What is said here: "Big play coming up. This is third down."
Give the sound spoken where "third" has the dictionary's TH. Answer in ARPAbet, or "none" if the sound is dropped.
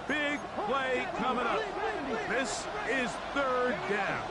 TH